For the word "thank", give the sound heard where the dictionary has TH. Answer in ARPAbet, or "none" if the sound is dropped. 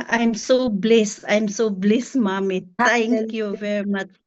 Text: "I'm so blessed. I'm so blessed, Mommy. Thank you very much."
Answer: T